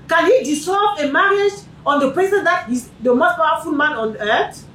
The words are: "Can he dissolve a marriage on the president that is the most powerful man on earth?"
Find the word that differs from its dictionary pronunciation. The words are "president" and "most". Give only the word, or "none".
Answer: president